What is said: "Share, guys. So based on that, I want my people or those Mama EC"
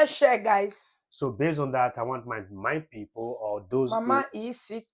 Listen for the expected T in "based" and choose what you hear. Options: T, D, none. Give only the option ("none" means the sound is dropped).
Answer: none